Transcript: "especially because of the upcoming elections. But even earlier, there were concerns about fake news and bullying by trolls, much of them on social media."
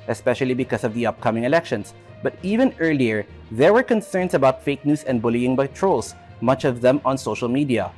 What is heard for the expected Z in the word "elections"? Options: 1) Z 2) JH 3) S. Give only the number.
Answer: 3